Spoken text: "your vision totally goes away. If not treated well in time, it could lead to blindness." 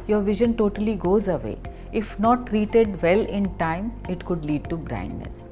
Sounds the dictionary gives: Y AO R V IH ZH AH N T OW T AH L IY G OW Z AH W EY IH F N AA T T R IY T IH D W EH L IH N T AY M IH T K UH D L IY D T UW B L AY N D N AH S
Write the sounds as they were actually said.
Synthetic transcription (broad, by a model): Y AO R V IH ZH AH N T OW T AH L IY G OW Z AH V EY IH F N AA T T R IY T IH D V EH L IH N T AY M IH T K UH D L IY D T UW B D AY N D N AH S